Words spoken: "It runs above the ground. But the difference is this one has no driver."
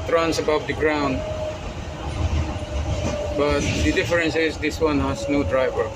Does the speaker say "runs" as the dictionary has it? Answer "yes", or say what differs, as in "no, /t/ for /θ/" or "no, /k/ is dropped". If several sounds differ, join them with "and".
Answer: no, /s/ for /z/